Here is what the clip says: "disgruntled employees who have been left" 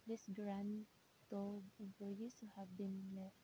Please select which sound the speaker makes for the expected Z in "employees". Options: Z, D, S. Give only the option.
S